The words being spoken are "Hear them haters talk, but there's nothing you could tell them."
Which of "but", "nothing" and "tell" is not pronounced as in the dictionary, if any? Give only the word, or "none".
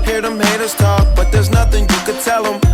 none